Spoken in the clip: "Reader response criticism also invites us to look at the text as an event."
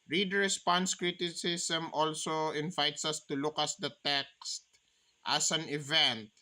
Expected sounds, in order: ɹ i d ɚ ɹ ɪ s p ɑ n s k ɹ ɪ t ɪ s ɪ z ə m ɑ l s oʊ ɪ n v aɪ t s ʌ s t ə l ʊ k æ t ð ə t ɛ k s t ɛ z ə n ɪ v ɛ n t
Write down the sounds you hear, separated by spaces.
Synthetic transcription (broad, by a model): ɹ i d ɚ ɹ ɪ s p ɑ n s k ɹ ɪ t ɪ s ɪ s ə m ɑ l s oʊ ɪ n v aɪ t s ʌ s t ə l ʊ k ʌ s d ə t ɛ k s t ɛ s ə n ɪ v ɛ n t